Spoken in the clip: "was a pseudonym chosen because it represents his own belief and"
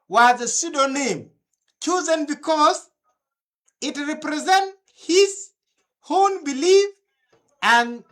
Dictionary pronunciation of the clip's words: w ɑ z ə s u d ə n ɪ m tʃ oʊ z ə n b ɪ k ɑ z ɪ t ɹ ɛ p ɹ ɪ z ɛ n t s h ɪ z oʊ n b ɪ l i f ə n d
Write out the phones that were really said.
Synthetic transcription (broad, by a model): w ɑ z ə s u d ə n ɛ m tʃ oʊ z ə n b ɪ k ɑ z ɪ t ɹ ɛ p ɹ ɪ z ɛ n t h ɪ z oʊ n b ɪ l i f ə n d